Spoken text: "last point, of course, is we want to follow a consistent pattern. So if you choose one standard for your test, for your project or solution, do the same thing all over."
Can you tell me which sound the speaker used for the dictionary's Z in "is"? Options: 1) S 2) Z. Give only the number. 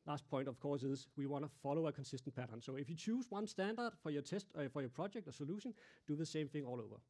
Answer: 1